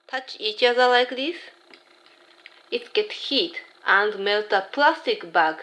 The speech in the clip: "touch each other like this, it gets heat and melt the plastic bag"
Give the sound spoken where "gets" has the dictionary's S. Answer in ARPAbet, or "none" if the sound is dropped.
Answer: none